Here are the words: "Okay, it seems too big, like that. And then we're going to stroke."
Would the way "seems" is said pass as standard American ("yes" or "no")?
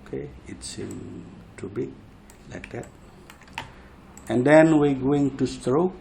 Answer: no